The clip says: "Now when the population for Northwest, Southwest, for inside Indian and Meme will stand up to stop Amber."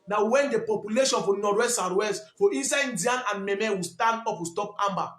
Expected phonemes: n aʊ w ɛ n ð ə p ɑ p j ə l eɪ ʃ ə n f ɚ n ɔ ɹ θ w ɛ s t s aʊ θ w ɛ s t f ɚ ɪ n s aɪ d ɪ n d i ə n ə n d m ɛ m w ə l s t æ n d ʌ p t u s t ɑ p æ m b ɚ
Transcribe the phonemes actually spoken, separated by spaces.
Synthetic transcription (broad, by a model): n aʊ w ɛ n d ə p ɑ p j ə l eɪ ʃ ə n f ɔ n ɔ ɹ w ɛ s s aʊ t w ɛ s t f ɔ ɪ n s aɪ ɪ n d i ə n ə n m m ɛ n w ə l s t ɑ n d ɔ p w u s t ɑ p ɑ m b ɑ